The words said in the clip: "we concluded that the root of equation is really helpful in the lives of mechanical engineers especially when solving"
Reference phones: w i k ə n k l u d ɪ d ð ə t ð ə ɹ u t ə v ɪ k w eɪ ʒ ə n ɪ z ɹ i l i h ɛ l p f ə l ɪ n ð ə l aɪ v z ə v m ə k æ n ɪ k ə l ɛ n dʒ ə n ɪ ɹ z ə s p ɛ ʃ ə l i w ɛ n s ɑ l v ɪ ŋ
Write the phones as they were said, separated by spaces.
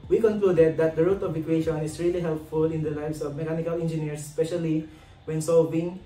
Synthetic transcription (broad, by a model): w i k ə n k l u d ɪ d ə t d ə ɹ u t ə v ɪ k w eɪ ʃ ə n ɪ s ɹ i l i h ɛ l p f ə l ɪ n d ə l aɪ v s ə v m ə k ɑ n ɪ k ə l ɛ n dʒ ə n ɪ ɹ s ə s p ɛ ʃ ə l i w ɛ n s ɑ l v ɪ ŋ